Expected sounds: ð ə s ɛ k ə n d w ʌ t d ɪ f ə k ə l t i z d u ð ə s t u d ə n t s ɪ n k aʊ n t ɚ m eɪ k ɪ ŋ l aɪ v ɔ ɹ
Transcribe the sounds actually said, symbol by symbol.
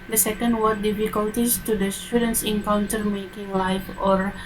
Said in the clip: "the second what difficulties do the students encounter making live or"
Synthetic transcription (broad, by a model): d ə s ɛ k ə n d w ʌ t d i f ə k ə l t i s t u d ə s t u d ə n s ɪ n k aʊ n t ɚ m eɪ k ɪ ŋ l aɪ f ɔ ɹ